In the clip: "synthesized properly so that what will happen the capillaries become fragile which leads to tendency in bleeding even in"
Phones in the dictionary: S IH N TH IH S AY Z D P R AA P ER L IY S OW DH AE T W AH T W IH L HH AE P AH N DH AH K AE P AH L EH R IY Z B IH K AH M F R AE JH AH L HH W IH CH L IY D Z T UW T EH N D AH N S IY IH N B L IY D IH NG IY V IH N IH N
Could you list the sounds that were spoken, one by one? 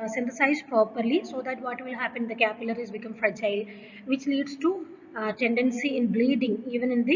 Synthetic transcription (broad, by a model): S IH N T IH S AY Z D P R AA P ER L IY S OW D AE T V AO T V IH L HH AE P AH N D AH K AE P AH L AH R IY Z B IH K AH M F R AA CH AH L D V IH CH L IY D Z T UW T EH N D AH N S IY IH N B L IY D IH NG IY V IH N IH N